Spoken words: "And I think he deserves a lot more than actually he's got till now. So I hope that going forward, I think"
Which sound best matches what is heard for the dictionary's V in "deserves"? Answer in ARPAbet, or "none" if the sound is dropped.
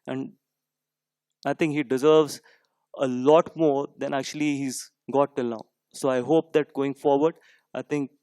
V